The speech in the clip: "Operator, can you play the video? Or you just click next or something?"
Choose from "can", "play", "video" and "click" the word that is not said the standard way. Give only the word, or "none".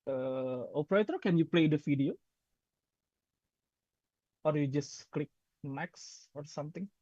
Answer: video